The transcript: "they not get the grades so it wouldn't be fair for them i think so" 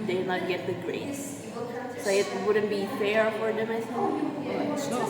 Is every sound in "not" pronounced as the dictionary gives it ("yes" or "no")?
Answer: no